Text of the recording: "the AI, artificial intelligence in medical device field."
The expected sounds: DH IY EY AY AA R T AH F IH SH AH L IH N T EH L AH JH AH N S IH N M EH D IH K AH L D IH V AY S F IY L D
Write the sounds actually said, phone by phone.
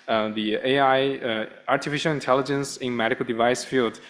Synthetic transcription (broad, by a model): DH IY EY AY AA R T AH F IH SH AH L IH N T EH L AH JH AH N S IH N M EH D IH K AH L D IH V AY S F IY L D